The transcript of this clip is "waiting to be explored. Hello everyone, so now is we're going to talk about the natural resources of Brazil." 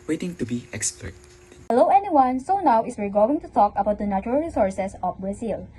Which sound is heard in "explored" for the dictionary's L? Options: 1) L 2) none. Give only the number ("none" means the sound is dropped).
2